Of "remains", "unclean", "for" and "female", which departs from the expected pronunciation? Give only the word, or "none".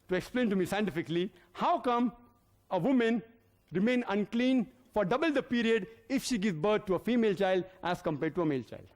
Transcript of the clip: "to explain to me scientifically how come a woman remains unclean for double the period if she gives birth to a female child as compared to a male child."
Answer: remains